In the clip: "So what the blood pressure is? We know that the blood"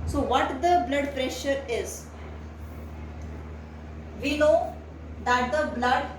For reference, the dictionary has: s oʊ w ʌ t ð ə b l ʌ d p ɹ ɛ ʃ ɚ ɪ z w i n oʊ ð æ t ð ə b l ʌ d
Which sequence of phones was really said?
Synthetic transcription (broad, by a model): s oʊ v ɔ t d ə b l ʌ d p ɹ ɛ ʃ ɚ ɪ z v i l oʊ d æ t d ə b l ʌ d